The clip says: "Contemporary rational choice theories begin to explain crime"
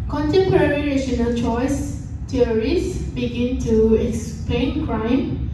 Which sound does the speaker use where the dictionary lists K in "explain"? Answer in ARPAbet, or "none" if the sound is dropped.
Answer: K